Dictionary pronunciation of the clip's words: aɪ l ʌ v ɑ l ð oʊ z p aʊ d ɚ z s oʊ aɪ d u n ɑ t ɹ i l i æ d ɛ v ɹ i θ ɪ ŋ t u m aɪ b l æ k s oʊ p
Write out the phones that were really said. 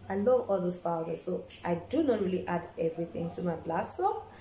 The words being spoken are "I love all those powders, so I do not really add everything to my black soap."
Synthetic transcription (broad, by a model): aɪ l ʌ v ɑ l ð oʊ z f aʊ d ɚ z s oʊ aɪ d u n ɑ t ɹ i l i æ d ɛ v ɹ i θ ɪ ŋ t u m aɪ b l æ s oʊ